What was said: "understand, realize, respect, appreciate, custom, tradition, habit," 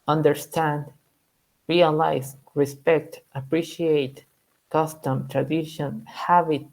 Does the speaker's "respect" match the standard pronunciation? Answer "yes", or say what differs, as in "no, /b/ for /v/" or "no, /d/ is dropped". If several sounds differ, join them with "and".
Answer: yes